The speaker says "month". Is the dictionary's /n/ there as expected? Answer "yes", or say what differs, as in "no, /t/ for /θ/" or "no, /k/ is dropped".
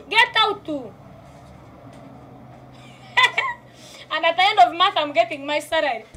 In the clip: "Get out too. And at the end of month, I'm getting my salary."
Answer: no, /n/ is dropped